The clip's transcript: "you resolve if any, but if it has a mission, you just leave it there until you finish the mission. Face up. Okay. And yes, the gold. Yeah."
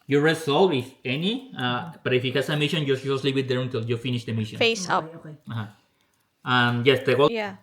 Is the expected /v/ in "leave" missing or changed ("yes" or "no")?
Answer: yes